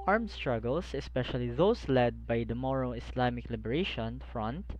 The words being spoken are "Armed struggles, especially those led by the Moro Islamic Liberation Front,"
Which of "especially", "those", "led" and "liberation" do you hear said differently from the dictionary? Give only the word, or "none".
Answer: those